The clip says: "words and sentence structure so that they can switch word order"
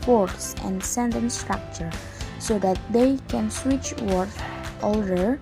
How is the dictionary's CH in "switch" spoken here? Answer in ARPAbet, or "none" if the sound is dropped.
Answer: CH